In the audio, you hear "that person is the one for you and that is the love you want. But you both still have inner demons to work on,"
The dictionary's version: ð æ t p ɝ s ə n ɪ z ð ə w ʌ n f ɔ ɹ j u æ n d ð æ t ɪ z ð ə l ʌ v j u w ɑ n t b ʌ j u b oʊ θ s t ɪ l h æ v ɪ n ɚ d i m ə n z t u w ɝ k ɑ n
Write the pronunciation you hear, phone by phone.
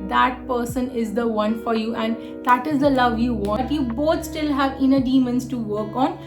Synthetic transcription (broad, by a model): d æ t p ɝ s ə n ɪ z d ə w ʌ n f ɔ ɹ j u æ n d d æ t ɪ z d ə l ʌ v j u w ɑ t j u b oʊ t s t ɪ l h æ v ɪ n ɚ d i m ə n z t u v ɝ k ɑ n